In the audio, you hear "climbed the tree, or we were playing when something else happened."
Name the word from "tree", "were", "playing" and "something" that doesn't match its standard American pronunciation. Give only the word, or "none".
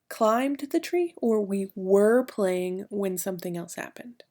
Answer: none